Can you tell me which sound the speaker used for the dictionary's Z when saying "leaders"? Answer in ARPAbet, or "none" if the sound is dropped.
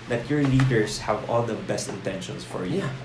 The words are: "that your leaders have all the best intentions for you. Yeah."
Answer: S